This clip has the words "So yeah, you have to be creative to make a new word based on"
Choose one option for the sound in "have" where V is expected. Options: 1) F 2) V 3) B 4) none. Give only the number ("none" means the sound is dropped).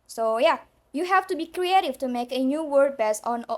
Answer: 1